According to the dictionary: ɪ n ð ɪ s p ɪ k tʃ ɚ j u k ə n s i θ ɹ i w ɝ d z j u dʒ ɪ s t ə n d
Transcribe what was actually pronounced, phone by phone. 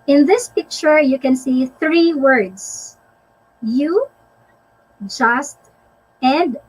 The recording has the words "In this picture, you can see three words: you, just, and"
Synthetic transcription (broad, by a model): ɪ n ð ɪ s p ɪ k tʃ ɚ j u k ə n s i θ ɹ i w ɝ d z j u dʒ ɪ s t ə n d